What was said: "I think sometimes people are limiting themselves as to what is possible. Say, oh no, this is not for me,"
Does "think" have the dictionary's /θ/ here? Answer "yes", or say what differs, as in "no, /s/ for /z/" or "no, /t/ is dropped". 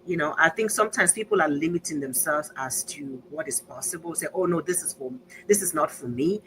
yes